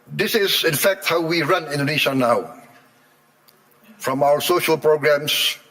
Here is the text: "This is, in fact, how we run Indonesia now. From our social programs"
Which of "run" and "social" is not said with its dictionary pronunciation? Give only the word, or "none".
none